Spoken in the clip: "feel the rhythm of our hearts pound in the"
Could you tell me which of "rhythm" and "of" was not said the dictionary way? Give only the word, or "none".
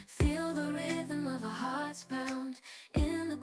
none